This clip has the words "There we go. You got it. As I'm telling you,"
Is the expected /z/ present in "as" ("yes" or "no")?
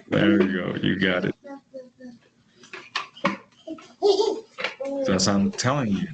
no